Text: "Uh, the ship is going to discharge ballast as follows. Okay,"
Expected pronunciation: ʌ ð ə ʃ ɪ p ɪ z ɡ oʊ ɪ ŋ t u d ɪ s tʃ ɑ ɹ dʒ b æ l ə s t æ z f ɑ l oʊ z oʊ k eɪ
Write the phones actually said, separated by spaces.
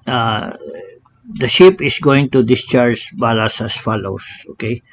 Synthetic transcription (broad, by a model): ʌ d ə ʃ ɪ p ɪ s ɡ oʊ ɪ ŋ t u d ɪ s tʃ ɑ ɹ dʒ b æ l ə s æ s f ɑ l oʊ s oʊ k eɪ